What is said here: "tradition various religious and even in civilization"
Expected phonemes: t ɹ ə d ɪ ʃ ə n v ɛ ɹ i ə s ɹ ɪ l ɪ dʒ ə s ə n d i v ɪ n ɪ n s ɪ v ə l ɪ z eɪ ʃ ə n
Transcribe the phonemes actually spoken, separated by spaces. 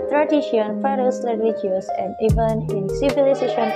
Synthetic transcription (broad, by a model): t ɹ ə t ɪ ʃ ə n f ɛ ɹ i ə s l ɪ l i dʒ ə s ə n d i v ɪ n ɪ n s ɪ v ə l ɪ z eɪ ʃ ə n